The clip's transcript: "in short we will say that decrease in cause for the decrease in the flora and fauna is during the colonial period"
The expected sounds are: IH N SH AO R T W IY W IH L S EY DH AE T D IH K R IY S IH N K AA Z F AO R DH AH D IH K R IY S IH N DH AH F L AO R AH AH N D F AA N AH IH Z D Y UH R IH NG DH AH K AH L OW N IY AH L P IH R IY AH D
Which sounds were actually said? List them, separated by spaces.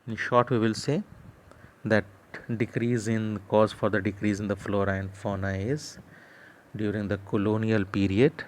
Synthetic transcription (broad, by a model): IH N SH AO R T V IY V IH L S EY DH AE T D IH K R IY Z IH N K AA Z F AO R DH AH D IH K R IY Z IH N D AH F L AO R AH AH N D F AA N AH IH Z D Y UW R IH NG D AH K AH L OW N IY AH L P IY R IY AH D